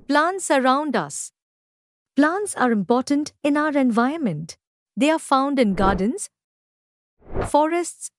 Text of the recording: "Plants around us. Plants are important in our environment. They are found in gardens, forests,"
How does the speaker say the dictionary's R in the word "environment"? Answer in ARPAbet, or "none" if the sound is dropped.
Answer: none